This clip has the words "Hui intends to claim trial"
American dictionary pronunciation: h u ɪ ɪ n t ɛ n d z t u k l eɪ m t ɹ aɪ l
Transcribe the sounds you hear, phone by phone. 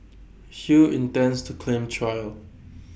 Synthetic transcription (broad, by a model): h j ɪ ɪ n t ɛ n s t u k l eɪ m t ɹ aɪ l